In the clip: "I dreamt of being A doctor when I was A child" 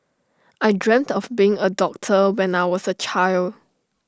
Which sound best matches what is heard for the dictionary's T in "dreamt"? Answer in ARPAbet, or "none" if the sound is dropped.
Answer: T